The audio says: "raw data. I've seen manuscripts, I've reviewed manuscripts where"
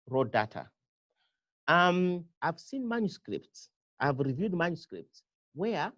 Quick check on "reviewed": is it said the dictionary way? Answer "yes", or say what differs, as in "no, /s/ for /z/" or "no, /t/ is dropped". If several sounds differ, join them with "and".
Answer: yes